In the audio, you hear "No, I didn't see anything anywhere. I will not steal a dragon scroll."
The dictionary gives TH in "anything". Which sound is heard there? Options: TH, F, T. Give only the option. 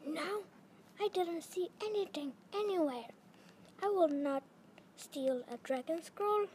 T